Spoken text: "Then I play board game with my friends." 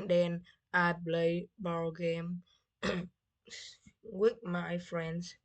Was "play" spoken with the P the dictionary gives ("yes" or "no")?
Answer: no